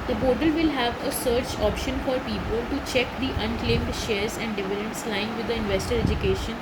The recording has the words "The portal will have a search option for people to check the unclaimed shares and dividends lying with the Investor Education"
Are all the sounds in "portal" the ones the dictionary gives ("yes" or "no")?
no